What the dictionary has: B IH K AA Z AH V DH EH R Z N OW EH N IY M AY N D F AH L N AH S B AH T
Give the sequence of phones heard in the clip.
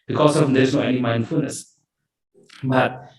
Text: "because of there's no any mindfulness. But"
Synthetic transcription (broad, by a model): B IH K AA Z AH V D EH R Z N OW EH N IY M AY N D F AH L N AH S B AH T